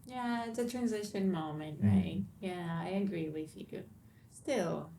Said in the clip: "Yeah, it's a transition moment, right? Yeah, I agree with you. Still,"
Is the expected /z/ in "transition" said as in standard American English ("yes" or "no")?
yes